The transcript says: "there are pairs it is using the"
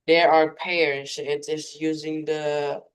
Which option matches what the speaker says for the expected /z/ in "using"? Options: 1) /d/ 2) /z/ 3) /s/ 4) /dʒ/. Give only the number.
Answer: 2